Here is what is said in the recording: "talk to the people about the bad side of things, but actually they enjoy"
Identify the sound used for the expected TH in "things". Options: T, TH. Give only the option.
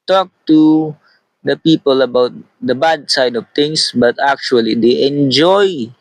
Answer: T